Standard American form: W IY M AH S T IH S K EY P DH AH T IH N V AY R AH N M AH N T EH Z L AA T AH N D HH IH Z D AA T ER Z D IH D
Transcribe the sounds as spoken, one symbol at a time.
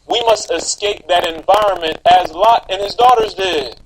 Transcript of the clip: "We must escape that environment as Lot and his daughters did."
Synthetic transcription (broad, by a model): W IY M AH S T IH S K EY P DH AH T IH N V AY R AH N M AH N T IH Z L AA T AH N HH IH Z D AA T ER Z D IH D